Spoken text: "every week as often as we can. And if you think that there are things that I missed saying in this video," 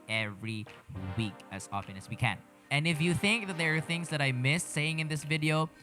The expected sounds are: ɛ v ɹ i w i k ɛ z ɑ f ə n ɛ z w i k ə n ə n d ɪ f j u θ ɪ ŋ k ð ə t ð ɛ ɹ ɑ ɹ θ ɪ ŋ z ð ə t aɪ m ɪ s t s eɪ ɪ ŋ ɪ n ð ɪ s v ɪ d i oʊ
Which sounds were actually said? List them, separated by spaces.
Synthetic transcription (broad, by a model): ɛ v ɹ i w i k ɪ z ɑ f ə n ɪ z w i k ə n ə n ɪ f j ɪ θ ɪ ŋ k ð ə t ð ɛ ɹ ɹ θ ɪ ŋ z ð ə t aɪ m ɪ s s eɪ ɪ ŋ ɪ n ð ɪ s v ɪ d i oʊ